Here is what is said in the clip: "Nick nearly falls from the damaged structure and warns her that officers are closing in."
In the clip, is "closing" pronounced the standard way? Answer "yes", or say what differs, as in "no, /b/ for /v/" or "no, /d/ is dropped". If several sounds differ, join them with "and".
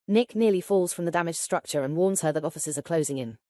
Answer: yes